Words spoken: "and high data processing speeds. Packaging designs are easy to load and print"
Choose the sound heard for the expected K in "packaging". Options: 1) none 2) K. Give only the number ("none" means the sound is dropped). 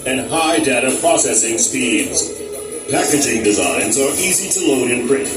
2